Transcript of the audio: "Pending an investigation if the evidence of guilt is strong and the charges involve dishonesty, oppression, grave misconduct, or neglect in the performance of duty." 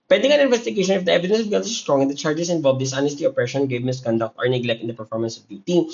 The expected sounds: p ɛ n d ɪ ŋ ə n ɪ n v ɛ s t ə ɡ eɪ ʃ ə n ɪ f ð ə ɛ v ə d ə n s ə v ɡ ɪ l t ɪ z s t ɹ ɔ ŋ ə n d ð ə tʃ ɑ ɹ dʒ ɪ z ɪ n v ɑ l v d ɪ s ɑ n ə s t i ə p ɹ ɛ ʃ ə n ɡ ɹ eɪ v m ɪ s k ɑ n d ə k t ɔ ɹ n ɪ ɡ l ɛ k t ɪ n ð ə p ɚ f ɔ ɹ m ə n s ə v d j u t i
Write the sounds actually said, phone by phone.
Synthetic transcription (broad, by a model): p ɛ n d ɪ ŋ ə n ɪ n v ɛ s t ə ɡ eɪ ʃ ə n ɪ f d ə ɛ v ə d ə n s ə v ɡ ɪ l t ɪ s t ɹ ɔ ŋ ə n d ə tʃ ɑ ɹ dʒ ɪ s ɪ n v ɑ l v d ɪ s ɑ n ə s t i ə p ɹ ɛ ʃ ə n ɡ eɪ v m ɪ s k ɑ n d ə k t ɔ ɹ n ɪ ɡ l ɛ k t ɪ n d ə p ɚ f ɔ ɹ m ə n s ə v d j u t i